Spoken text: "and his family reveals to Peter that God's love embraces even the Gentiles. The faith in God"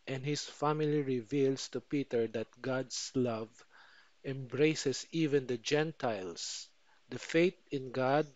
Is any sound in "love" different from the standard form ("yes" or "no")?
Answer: no